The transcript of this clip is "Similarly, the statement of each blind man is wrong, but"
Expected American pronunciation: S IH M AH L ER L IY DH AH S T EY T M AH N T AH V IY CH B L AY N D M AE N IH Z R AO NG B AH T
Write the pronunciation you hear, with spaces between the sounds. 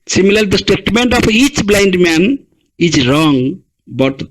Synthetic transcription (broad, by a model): S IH M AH L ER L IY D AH S T EY T M AH N T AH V IY CH B L AY N D M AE N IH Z R AO NG B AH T